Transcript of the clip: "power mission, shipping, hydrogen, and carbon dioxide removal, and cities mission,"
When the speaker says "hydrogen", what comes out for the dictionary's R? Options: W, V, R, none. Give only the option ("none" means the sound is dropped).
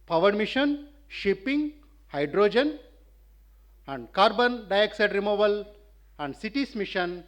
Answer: R